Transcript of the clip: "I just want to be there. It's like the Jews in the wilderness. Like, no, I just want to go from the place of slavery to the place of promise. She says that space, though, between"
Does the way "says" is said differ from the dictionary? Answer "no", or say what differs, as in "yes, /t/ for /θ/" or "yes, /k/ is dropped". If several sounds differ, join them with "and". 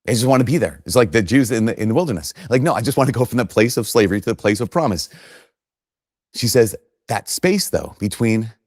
no